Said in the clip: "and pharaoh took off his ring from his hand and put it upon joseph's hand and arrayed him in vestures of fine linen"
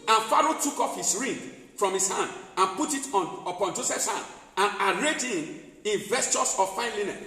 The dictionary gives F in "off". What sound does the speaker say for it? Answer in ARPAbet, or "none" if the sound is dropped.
F